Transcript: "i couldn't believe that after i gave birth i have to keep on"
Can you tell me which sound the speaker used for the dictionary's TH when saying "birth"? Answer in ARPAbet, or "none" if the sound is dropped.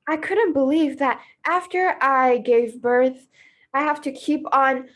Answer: TH